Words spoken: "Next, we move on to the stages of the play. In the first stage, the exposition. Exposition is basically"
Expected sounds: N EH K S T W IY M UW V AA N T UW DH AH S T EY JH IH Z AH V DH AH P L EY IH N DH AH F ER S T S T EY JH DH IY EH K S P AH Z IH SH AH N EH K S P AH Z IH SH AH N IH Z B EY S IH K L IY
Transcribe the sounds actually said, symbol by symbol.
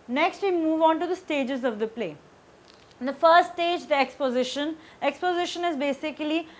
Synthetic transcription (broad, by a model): N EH K S T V IY M UW V AA N T UW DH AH S T EY JH IH Z AH V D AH P L EY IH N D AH F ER T S T EY JH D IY EH K S P AH Z IH SH AH N EH K S P AH Z IH SH AH N IH Z B EY S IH K L IY